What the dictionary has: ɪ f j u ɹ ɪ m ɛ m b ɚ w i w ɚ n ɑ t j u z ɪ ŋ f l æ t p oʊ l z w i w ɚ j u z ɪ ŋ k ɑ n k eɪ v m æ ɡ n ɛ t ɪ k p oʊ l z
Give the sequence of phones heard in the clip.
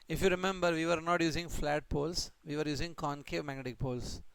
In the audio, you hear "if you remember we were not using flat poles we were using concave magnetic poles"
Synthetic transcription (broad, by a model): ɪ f j u ɹ ɪ m ɛ m b ɚ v i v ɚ n ɑ t j u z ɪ ŋ f l æ t p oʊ l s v i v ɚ j u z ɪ ŋ k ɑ n k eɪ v m æ ɡ n ɛ t ɪ k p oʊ l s